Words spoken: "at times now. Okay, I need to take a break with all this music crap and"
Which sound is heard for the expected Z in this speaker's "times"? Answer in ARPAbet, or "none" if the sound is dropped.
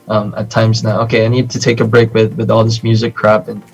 Z